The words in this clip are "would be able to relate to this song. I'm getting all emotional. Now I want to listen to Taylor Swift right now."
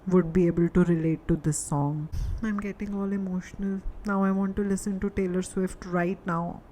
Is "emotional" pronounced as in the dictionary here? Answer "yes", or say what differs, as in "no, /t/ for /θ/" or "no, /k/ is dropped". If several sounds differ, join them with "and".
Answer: yes